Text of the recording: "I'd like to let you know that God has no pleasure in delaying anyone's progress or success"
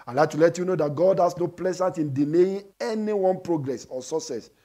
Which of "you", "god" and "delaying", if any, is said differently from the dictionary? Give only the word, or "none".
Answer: delaying